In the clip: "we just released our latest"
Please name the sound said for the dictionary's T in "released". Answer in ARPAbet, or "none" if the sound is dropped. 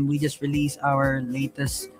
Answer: none